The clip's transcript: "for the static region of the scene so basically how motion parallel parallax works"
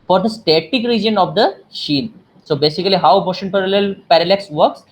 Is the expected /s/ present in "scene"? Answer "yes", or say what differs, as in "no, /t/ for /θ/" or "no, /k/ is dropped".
no, /ʃ/ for /s/